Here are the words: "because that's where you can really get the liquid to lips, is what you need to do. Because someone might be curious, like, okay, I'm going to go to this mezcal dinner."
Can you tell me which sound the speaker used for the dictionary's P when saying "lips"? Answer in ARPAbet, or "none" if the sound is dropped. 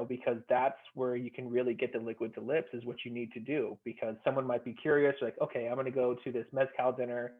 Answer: P